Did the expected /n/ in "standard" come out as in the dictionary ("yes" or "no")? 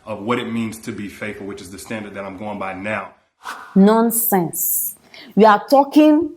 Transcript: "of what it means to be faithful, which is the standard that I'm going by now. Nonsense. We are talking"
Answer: yes